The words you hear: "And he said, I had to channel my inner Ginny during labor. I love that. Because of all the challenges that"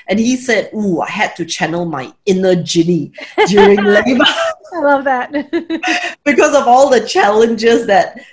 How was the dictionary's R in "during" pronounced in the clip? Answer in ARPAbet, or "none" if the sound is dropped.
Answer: R